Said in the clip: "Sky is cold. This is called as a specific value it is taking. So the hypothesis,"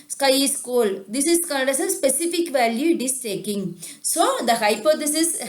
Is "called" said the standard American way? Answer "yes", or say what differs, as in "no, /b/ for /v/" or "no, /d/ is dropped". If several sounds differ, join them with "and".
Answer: no, /n/ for /l/